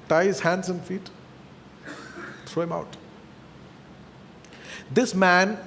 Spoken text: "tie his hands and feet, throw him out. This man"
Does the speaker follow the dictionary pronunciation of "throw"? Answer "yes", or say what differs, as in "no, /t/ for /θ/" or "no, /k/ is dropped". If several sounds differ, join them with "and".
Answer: no, /t/ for /θ/